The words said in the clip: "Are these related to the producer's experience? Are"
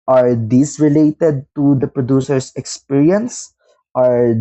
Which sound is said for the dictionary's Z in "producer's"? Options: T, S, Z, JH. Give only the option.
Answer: S